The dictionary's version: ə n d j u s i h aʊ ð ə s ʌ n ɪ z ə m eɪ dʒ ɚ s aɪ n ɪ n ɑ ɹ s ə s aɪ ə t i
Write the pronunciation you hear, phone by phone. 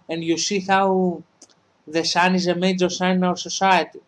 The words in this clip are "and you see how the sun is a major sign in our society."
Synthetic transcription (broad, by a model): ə n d j u s i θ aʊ ð ə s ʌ n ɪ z ə m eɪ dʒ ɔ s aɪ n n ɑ w s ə s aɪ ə t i